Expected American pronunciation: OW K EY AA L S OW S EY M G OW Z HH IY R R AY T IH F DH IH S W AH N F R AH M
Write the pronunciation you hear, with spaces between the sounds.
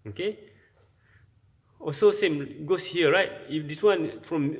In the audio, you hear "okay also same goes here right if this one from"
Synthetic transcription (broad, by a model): OW K EY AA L S OW S EY M G OW S HH IY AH R AY T IH F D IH S W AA N F R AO M